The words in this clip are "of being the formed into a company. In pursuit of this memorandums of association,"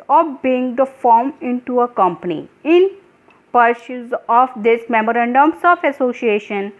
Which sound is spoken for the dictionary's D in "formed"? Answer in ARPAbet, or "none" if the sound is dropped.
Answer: none